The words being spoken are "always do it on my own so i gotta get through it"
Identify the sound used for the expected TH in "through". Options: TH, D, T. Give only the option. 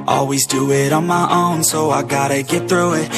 TH